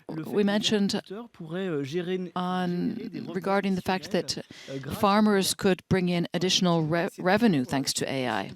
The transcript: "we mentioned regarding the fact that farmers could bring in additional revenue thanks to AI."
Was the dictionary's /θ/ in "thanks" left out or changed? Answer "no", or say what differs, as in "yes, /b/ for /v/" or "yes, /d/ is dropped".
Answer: no